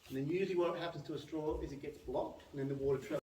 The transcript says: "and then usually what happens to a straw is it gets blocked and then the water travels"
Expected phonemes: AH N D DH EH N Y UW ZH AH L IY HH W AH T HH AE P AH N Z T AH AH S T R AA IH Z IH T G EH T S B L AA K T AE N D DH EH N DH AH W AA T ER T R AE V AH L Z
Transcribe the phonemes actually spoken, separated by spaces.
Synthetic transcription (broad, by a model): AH N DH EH N Y UW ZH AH W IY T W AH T HH AE P AH N Z T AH AH S T R AA IH Z IH T G EH T S B L AA K T N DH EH N DH AH W AA T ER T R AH